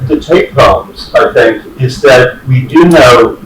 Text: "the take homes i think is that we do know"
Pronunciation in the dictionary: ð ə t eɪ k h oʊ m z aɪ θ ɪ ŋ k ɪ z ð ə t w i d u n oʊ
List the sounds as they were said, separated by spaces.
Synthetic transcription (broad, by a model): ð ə t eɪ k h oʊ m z aɪ θ ɪ ŋ k ɪ z ð ə t w i d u n oʊ